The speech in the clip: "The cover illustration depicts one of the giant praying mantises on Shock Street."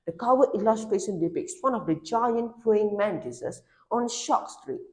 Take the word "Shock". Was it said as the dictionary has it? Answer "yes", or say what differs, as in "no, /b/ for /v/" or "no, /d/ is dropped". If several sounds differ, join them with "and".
yes